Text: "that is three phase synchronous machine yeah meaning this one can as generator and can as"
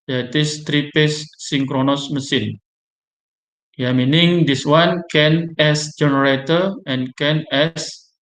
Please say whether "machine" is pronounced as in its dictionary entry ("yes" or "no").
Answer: no